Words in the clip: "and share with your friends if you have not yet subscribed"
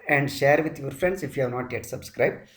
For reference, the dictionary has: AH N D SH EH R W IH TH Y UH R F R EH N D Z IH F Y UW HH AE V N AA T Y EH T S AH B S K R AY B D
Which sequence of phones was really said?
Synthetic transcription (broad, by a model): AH N D SH EH R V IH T Y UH R F R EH N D S IH F Y UW HH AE V N AA T Y EH T S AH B S K R AY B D